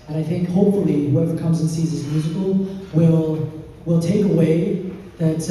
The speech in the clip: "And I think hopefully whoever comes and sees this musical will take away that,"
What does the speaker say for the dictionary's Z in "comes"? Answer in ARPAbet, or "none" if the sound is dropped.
Z